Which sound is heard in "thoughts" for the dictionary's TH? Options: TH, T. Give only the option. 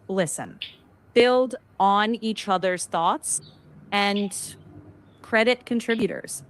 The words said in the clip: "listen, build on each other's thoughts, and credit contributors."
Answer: TH